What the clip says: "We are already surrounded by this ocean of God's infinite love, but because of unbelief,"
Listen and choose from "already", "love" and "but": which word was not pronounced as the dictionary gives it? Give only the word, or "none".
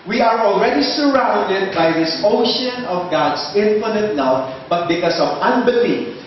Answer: love